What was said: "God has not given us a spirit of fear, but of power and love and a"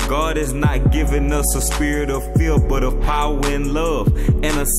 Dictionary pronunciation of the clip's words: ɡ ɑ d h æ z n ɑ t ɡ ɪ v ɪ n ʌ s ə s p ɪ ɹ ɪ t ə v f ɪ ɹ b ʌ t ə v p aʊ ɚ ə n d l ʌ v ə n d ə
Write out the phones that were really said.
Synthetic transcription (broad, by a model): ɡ ɑ d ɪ z n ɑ t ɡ ɪ v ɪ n ʌ s ə s p ɪ ɹ ɪ t ə v f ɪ l b ʌ t ə v p aʊ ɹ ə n l ʌ v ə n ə